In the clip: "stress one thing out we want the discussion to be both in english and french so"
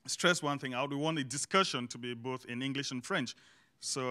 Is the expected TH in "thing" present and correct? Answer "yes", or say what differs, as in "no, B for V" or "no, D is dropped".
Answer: yes